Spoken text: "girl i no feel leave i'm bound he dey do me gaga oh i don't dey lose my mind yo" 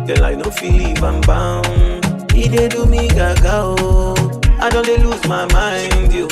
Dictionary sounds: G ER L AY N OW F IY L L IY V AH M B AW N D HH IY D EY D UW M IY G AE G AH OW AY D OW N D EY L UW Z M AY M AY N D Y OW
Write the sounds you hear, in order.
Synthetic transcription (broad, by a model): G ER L AY N OW F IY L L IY B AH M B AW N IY D EY D UW M IY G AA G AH OW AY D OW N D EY L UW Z M AY M AY N D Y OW